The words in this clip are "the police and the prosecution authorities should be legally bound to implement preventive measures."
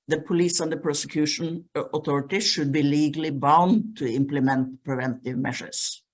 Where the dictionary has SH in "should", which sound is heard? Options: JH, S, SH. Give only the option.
SH